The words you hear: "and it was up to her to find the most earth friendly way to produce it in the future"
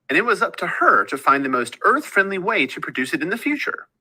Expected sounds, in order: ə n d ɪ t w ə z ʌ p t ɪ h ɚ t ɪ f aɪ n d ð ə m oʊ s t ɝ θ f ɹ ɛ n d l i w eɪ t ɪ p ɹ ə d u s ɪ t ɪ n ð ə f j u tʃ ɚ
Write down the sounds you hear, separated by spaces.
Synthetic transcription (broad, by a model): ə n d ɪ t w ə z ʌ p t ɪ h ɚ t ɪ f aɪ n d ð ə m oʊ s t ɝ θ f ɹ ɛ n d l i w eɪ t ɪ p ɹ ə d u s ɪ t ɪ n ð ə f j u tʃ ɚ